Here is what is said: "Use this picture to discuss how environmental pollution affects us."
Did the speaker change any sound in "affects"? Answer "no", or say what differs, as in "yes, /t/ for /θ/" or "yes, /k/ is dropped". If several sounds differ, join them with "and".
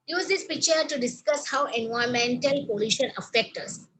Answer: yes, /s/ is dropped